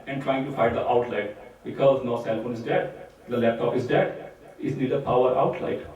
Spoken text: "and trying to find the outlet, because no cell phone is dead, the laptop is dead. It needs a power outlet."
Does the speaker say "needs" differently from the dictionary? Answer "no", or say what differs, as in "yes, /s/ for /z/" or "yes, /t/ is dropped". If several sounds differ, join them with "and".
yes, /z/ is dropped